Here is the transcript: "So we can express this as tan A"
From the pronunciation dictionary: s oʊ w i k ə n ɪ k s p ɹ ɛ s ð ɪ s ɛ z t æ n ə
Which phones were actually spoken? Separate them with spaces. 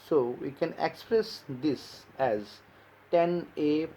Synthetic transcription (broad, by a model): s oʊ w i k ə n ɪ k s p ɹ ɛ s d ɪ s ɛ z t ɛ n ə